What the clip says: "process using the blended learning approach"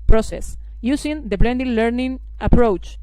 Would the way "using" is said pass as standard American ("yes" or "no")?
no